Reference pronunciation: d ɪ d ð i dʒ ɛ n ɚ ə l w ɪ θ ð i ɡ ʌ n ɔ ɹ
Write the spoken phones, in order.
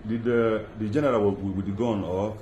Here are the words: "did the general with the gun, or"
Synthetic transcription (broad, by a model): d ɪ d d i dʒ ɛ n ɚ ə w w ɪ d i ɡ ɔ n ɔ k